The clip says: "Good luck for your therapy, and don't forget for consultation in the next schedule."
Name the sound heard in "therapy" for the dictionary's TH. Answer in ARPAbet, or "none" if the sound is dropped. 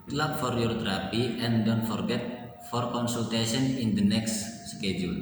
T